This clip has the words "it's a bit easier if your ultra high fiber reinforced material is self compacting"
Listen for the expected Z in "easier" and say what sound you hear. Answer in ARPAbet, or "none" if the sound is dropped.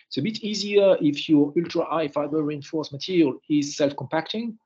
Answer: Z